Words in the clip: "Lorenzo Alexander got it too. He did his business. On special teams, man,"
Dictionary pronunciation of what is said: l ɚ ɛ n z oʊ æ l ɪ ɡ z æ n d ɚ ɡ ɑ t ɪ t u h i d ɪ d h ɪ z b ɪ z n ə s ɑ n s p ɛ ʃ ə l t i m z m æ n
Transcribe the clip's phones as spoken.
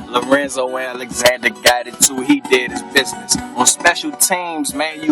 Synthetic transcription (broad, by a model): l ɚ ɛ n z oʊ æ l ɪ ɡ z æ n d ɚ ɡ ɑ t ɪ t u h i d ɪ d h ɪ z b ɪ z n ə s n s p ɛ ʃ l t i m z m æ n